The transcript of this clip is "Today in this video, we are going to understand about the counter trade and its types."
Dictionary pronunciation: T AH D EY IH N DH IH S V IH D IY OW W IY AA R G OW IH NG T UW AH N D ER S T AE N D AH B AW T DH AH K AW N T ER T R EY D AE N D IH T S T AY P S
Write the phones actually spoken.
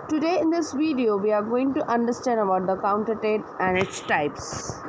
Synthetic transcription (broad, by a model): T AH D EY IH N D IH S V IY D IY OW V IY AA R G OW IH NG T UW AH N D ER S T AE N D AH B AW T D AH K AW N T ER T EY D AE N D IH T S T AY P S